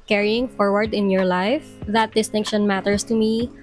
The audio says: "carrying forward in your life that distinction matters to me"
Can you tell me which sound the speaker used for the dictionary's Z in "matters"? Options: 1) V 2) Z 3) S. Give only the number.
3